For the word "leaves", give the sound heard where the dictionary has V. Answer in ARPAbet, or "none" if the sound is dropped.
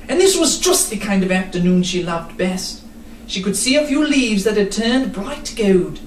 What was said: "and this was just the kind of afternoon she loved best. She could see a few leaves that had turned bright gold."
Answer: V